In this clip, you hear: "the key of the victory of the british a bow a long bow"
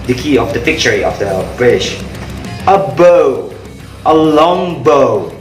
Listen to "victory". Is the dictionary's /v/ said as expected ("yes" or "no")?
no